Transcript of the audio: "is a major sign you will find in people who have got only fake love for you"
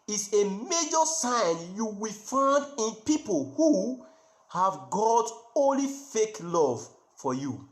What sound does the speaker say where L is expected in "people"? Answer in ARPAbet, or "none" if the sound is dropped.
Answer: L